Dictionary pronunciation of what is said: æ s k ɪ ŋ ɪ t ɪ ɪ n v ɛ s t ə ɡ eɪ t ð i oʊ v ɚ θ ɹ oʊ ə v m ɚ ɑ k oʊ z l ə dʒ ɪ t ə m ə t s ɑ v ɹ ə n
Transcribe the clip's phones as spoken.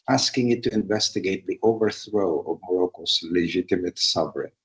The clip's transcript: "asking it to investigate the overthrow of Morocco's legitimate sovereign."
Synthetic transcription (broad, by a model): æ s k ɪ ŋ ɪ t ɪ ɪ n v ɛ s t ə ɡ eɪ t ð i oʊ v ɚ θ ɹ oʊ ə v m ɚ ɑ k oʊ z l ə dʒ ɪ t ə m ə t s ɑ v ɹ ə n